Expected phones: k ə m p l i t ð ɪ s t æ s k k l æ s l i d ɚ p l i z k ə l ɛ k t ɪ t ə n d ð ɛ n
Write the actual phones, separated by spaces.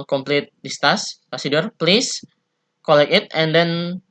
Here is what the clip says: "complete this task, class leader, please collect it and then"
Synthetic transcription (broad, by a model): k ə m p l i t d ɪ s t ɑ s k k ɔ s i d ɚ p l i s k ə l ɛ k ɪ t ə n d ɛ n